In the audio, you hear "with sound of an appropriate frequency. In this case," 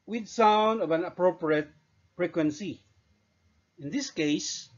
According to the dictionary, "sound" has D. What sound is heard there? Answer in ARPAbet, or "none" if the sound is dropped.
D